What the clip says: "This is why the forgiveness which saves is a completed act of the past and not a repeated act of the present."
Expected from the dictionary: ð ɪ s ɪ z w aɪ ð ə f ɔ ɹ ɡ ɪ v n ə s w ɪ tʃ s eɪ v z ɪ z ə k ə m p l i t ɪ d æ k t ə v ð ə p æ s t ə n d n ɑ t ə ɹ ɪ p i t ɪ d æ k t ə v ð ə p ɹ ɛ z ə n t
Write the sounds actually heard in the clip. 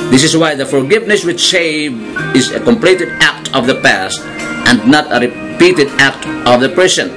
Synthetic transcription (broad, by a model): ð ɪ s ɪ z w aɪ ð ə f ɔ ɹ ɡ ɪ v n ə s w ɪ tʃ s eɪ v ɪ z ə k ə m p l i t ɪ d æ k t ə v ð ə p æ s t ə n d n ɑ t ə ɹ ɪ p i t ɪ d æ k t ə v ð ə p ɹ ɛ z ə n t